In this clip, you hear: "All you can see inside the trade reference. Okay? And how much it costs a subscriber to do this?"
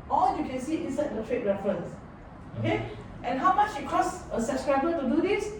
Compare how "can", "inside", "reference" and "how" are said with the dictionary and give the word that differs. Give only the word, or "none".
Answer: inside